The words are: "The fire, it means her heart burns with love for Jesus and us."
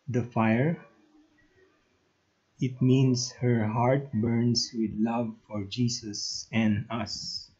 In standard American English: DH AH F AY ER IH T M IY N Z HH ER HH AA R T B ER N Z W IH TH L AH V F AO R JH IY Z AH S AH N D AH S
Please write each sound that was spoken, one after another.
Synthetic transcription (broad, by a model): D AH F AY ER IH T M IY N S HH ER HH AA R T B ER N S W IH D L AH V F AO R JH IY S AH S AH N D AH S